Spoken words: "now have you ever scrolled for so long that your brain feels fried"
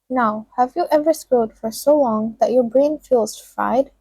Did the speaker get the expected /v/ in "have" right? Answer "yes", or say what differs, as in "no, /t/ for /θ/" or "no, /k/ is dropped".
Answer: yes